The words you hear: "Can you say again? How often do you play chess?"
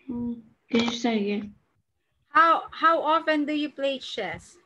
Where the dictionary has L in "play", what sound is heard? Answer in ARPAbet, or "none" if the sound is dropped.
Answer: L